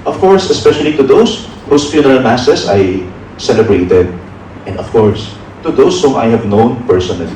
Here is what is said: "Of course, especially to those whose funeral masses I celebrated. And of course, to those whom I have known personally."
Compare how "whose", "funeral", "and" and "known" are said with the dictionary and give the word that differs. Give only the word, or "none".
whose